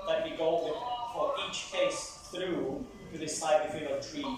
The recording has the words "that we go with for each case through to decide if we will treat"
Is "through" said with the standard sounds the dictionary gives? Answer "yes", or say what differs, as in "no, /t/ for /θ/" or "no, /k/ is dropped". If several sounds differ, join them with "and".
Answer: yes